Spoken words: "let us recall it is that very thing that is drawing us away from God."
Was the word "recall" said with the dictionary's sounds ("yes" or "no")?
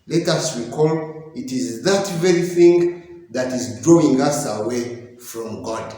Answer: no